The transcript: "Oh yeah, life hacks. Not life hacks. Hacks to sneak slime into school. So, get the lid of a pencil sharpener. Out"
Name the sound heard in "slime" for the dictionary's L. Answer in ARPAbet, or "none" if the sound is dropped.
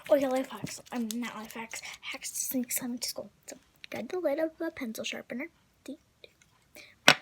none